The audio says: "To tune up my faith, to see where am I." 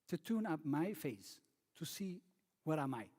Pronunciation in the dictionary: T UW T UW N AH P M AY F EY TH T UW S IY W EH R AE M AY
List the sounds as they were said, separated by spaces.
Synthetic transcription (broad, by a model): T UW T UW N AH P M AY F EY S T UW S IY W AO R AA M AY